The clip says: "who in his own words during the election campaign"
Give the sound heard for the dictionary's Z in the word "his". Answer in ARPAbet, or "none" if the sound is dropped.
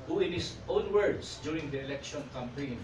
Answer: S